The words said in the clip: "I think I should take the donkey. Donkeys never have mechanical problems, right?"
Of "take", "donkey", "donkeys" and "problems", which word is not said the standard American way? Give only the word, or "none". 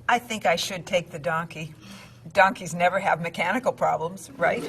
none